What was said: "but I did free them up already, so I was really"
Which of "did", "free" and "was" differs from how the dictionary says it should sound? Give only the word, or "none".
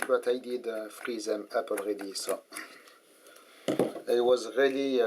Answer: none